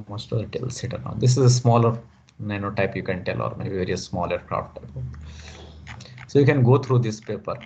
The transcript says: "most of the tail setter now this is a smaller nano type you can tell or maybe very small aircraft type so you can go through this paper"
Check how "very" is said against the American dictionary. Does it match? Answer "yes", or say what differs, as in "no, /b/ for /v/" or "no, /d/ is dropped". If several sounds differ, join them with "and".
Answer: no, /ɹ/ is dropped